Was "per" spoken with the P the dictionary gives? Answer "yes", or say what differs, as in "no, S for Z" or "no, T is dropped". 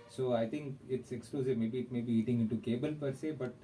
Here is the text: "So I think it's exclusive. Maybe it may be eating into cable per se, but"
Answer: yes